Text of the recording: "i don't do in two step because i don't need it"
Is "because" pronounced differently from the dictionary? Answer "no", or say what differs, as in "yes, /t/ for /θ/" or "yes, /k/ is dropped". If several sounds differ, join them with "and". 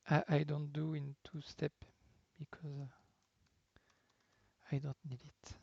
no